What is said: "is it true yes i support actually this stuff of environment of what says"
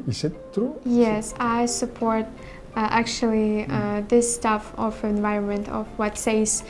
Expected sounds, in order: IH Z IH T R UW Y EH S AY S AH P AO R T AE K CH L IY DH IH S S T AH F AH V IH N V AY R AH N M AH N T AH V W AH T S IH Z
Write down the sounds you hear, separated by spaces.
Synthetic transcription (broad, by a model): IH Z IH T R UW Y EH S AY S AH P AO R T AE K CH L IY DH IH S S T AH F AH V IH N V AY R AH N M AH N T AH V W AH T S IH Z